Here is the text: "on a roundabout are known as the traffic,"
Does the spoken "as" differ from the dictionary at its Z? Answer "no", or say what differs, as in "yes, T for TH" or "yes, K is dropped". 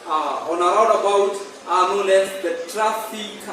yes, S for Z